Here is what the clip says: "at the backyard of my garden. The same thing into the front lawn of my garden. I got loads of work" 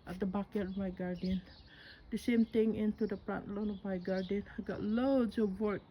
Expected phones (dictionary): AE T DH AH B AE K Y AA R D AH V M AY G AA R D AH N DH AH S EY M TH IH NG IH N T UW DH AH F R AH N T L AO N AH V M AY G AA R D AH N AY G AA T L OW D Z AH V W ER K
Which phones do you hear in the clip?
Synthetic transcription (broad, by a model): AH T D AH B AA K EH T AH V M AY G AA R D AH N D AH S EY M T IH NG IH N T UW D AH P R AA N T L AO N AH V M AY G AA R D AH N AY G AA T L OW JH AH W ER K